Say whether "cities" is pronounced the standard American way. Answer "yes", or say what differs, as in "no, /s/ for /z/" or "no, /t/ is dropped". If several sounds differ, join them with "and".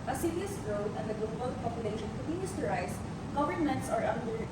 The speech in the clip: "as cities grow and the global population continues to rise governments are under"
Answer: no, /s/ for /z/